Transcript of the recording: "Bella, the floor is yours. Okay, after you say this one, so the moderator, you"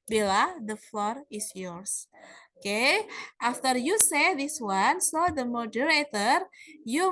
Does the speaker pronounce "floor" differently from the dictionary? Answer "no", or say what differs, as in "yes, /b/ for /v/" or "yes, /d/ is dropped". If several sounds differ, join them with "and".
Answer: no